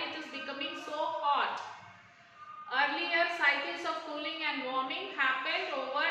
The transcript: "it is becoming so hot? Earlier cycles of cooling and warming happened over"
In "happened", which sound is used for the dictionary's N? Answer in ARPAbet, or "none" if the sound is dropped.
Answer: L